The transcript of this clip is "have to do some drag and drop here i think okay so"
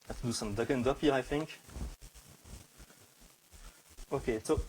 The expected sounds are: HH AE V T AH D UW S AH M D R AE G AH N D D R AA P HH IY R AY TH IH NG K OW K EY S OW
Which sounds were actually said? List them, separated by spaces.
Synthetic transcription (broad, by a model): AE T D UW S AH M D AH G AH N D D AA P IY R AY TH IH NG K OW K EY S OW